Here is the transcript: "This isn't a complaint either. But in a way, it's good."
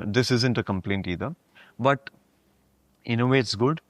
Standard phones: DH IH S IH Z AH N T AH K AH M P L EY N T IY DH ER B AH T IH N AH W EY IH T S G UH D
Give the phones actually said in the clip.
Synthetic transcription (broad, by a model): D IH S IH Z AH N T AH K AH M P L EY N T IY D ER B AH T IH N AH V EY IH T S G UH D